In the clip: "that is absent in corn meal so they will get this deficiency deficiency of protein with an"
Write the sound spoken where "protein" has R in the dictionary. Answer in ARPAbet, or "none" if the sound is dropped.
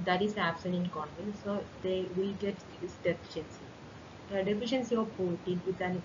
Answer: none